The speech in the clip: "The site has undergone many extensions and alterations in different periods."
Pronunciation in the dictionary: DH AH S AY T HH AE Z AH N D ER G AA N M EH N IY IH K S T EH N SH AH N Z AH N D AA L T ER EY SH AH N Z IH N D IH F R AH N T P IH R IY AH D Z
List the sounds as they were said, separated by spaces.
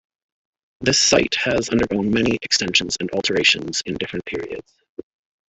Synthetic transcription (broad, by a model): DH AH S AY T HH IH Z AH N D ER G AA N M EH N IY IH K S T EH N SH AH N Z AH N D AA L T ER EY SH AH N Z IH N D IH F R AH N P IH R IY AH D Z